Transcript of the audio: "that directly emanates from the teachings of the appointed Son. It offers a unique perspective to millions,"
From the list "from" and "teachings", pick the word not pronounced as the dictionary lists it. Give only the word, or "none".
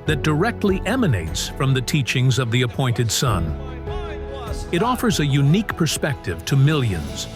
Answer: none